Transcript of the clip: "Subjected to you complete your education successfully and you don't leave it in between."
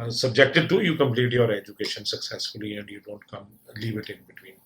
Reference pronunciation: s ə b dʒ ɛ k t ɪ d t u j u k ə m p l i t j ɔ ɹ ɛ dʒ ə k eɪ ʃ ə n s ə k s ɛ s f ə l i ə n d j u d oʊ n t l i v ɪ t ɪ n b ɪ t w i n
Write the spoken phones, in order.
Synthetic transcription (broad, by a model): s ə b dʒ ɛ k t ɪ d t u j u k ə m p l i t j ɔ ɹ ɛ dʒ ə k eɪ ʃ ə n s ə k s ɛ s f ə l i ə n d j u d oʊ n t l i v ɪ t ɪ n b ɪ t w i n